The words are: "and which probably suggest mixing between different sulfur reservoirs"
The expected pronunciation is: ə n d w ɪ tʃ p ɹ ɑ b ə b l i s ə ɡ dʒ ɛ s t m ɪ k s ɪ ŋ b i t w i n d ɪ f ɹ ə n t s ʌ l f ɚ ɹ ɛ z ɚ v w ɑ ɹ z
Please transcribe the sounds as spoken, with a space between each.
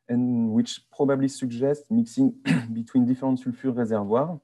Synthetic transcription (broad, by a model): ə n w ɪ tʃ p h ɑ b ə b l i s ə ɡ ʒ ɛ s t m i k s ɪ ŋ b i t w i n d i f ɹ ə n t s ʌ l f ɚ ɹ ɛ z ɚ v w ɑ ɹ